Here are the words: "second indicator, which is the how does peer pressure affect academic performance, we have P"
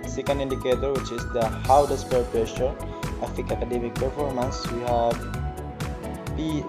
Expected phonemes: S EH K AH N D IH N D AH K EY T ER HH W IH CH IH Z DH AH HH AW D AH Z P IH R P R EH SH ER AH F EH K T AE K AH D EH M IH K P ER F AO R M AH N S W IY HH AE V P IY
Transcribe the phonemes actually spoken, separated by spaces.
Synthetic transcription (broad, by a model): S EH K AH N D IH N D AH K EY T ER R W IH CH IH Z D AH HH AW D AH S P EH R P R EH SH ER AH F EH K AA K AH D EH M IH K P ER F AO R M AH N S W IY HH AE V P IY